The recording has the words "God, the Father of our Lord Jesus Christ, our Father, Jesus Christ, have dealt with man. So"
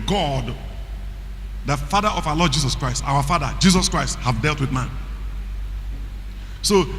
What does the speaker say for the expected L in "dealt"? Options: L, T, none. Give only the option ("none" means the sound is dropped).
L